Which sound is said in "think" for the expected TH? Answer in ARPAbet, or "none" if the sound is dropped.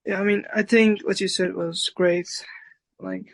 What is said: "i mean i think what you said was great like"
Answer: TH